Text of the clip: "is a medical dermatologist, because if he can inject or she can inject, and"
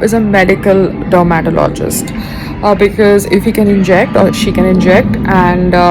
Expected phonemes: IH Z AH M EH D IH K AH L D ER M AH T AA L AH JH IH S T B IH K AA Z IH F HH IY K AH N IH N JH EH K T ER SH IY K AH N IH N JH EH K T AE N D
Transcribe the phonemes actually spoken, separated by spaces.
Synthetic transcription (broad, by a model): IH Z AH M EH D IH K AH L D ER M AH T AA L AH JH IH S T B IH K AA Z IH F HH IY K AH N IH N JH EH K T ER SH IY K AH N IH N JH EH K T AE N D